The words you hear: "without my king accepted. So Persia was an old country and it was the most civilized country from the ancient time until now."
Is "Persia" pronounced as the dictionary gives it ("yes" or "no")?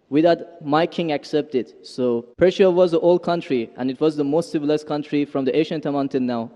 no